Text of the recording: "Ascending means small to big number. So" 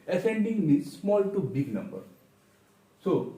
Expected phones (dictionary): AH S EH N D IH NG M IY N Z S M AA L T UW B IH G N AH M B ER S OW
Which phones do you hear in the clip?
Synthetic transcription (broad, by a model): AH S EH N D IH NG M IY Z S M AA L T UW B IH G N AH M B ER S OW